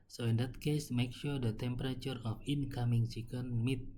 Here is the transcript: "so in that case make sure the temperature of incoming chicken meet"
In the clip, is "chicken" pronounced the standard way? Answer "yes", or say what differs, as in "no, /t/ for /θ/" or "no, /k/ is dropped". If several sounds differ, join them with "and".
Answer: no, /s/ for /tʃ/